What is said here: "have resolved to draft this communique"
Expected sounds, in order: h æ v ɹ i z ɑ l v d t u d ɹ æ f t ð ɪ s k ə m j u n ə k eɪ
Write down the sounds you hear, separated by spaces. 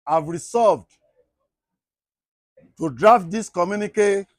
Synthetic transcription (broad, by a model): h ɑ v ɹ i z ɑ v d t u d ɹ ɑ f t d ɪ s k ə m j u n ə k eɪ